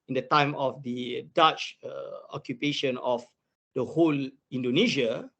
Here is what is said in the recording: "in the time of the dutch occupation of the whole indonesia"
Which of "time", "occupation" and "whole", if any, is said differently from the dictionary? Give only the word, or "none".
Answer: none